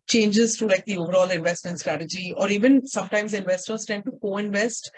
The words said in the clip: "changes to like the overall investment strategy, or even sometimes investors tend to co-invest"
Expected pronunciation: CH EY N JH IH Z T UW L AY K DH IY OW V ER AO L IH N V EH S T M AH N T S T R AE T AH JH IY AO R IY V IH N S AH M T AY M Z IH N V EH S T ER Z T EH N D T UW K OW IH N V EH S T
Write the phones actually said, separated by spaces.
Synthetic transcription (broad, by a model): CH EY N JH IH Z T UW L AY K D IY OW V ER AO L IH N V EH S T M AH N T S T R AE T AH JH IY AO R IY V IH N S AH M T AY M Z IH N V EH S T ER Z T EH N D T UW K OW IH N V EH S T